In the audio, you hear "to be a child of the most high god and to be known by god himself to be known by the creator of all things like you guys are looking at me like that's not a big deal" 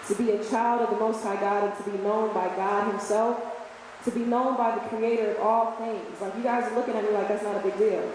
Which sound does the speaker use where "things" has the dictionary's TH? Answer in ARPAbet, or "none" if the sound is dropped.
TH